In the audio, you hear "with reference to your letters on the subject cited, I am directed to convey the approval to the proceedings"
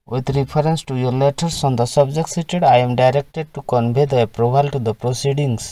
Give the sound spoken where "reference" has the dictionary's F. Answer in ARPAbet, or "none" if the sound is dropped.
P